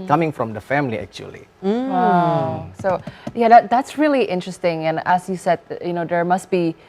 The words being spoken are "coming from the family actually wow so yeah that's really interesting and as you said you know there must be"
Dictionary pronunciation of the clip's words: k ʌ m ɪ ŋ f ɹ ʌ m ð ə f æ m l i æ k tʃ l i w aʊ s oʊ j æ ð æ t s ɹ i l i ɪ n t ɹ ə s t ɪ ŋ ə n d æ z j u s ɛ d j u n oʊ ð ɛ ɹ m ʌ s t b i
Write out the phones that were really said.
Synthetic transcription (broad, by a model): k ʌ m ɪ ŋ f ɹ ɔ m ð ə f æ m l i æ k tʃ i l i s oʊ j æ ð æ t s ɹ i l i ɪ n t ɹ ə s t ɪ ŋ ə n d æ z j u s ɛ d j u n oʊ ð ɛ ɹ m ʌ s t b i